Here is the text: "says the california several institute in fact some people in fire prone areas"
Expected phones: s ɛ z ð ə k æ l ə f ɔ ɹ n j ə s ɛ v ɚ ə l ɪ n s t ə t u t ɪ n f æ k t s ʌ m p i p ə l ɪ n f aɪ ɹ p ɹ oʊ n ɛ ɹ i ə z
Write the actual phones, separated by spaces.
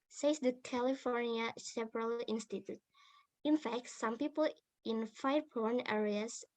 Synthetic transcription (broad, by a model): s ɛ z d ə k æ l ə f ɔ ɹ n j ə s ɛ p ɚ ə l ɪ n s t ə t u t ɪ n f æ k t s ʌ m p i p ə l ɪ n f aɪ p oʊ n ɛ ɹ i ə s